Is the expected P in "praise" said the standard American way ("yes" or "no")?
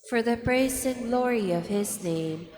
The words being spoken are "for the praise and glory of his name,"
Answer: no